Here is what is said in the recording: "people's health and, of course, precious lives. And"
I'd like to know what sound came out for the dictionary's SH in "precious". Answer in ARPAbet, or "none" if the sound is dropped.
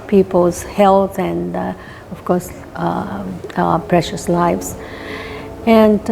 SH